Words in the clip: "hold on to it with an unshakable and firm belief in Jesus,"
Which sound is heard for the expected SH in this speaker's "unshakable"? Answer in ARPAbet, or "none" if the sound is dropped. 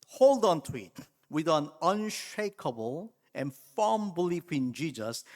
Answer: SH